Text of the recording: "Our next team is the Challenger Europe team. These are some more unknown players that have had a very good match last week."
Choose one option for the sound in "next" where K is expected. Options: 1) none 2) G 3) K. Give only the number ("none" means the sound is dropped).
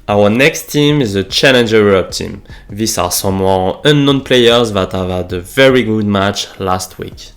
3